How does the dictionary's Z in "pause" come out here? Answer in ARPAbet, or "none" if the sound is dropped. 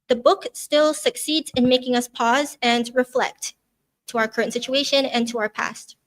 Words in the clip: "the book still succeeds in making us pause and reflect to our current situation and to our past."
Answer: Z